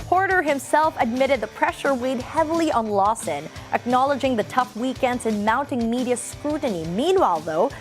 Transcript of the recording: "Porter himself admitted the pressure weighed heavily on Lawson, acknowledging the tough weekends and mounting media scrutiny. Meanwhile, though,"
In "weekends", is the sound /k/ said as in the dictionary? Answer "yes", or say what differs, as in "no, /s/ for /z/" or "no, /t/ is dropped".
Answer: yes